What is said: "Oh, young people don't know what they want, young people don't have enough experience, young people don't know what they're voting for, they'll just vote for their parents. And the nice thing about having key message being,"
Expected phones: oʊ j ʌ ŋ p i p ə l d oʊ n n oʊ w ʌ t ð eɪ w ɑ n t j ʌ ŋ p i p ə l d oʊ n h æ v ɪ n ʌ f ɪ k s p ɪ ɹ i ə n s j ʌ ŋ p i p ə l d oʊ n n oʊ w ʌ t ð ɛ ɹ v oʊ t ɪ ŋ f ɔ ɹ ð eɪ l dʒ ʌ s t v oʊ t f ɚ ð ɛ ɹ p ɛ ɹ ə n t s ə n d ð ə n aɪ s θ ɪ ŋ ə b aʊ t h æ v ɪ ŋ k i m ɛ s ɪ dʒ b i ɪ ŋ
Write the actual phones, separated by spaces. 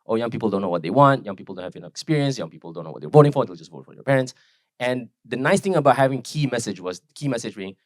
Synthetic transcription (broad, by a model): oʊ j ʌ ŋ p i p ə l d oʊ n n oʊ w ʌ t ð eɪ w ɑ n t j ʌ ŋ p i p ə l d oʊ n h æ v ɪ n ʌ f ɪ k s p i ɹ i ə n s j ʌ ŋ p i p ə l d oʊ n n oʊ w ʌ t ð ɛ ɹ v oʊ t ɪ ŋ f ɔ ɹ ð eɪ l dʒ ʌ s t v oʊ t f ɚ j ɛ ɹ p ɛ ɹ ə n t s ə n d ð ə n aɪ s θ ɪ ŋ ə b aʊ t h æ v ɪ ŋ k i m ɛ s ɪ dʒ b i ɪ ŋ